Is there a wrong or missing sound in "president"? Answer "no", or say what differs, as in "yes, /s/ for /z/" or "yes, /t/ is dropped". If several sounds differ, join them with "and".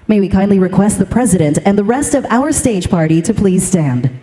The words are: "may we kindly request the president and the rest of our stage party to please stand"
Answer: no